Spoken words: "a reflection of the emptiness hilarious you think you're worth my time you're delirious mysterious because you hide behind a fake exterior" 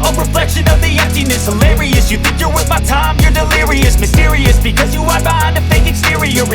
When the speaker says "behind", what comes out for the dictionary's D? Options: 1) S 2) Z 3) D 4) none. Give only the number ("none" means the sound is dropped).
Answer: 4